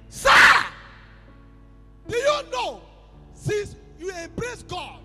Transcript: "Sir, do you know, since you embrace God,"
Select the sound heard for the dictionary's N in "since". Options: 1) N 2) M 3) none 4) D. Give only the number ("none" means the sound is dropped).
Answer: 3